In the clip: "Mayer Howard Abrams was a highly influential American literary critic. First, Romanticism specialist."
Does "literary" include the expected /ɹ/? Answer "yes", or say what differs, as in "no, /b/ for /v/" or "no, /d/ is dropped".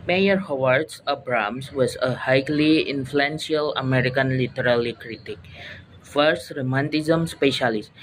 no, /l/ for /ɹ/